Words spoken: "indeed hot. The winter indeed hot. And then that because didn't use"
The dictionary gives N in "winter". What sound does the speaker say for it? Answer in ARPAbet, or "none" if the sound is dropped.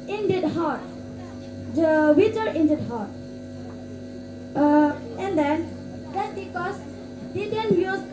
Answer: none